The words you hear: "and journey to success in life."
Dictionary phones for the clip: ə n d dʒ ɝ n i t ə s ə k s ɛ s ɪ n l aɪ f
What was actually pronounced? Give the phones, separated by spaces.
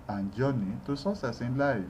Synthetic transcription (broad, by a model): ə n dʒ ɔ n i t ə s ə s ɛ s ɪ n l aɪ